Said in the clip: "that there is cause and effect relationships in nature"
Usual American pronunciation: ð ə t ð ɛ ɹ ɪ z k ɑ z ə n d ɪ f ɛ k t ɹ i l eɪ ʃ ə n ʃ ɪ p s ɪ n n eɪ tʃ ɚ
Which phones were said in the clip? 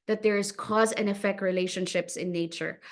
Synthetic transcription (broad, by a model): ð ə t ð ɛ ɹ ɪ z k ɑ z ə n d ɪ f ɛ k t ɹ i l eɪ ʃ ə n ʃ ɪ p s ɪ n n eɪ tʃ ɚ